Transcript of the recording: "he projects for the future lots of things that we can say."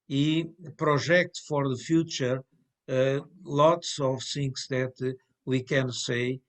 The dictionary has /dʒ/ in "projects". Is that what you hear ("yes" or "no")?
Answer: no